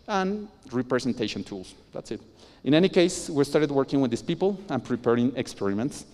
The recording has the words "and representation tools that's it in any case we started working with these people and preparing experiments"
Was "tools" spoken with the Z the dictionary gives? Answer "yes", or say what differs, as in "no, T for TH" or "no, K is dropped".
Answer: no, S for Z